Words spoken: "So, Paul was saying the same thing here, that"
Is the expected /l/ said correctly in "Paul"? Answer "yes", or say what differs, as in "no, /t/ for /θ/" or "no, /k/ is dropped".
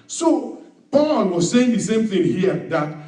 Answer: no, /n/ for /l/